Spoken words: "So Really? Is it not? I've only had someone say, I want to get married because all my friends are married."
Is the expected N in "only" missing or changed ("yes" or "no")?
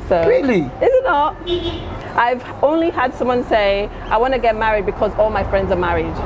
no